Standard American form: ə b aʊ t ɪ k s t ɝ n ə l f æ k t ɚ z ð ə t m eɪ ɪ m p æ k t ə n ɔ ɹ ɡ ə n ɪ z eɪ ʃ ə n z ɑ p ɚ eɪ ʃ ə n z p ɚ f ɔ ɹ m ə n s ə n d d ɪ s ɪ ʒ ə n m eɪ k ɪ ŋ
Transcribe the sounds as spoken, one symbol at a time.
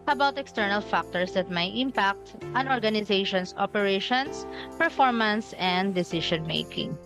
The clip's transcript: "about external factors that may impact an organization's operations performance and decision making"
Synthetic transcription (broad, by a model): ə b aʊ t ɪ k s t ɝ n ə l f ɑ k t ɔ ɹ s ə t m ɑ ɪ m p æ k t ə n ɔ ɹ ɡ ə n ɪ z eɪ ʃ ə n s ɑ p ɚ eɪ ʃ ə n s p ɚ f ɔ ɹ m ə n s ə n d d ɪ s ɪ ʃ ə n m eɪ k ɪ ŋ